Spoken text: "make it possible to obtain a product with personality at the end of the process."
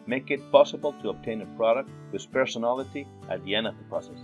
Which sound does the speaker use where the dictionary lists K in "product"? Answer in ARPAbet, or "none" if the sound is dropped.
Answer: K